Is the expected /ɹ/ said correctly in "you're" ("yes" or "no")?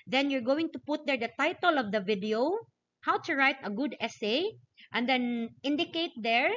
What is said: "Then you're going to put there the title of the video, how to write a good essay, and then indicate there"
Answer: yes